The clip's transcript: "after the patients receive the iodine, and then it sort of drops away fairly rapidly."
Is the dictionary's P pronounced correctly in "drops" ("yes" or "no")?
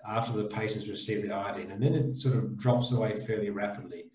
yes